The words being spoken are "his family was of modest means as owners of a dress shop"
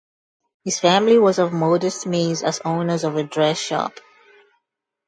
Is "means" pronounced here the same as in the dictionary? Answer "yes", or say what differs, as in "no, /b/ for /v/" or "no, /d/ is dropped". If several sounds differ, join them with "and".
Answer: no, /n/ is dropped